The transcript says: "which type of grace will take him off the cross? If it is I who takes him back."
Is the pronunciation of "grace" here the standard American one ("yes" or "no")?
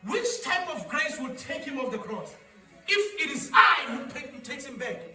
yes